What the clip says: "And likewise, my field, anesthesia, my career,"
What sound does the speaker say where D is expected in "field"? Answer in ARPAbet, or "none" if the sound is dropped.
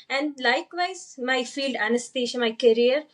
D